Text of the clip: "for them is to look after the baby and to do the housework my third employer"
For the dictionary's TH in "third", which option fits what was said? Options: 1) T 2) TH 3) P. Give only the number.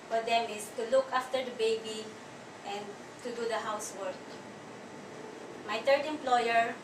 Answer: 1